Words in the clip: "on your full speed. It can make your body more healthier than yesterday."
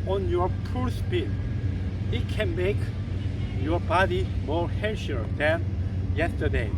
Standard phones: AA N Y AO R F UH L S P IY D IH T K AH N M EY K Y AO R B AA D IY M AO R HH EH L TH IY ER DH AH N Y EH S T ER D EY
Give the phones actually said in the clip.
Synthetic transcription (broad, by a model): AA N Y AO R P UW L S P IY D IH T K AH N M EY K Y AO R B AA D IY M AO R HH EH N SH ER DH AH N Y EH S T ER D EY